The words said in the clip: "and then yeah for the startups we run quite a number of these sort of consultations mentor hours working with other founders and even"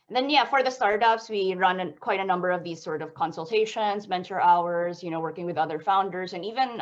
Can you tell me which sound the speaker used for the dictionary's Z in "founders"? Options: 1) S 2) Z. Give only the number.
2